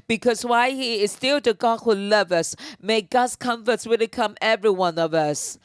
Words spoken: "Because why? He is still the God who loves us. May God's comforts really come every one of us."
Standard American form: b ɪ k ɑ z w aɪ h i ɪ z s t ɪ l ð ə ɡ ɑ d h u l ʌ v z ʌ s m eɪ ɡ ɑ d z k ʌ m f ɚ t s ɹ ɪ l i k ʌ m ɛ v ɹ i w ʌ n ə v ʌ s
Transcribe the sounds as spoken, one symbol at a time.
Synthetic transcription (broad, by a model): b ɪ k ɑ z w aɪ h i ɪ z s t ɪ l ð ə ɡ ɑ d h u l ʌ v ʌ s m eɪ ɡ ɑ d s k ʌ m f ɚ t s w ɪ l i k ʌ m ɛ v ɹ i w ʌ n ə v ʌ s